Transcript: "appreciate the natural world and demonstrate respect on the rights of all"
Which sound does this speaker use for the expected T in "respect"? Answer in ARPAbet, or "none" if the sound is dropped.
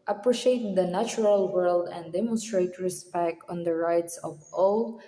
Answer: T